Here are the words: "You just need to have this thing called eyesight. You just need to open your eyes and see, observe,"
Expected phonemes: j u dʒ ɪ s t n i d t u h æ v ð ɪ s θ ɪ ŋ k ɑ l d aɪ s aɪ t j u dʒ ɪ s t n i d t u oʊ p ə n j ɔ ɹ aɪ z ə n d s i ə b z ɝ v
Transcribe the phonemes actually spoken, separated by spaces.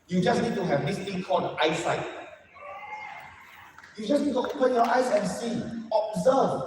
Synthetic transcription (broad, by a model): j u dʒ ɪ s n i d t u h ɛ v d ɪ s t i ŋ k ɑ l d aɪ s aɪ t j u dʒ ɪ s n i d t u oʊ p ə n j ɔ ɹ aɪ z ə n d s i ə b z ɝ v